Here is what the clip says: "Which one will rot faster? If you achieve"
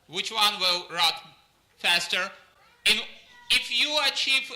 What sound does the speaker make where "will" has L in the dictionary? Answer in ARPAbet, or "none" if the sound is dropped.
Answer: L